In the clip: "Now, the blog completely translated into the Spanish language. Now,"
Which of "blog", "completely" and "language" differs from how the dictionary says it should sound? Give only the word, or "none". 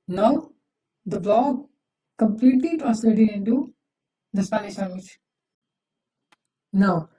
language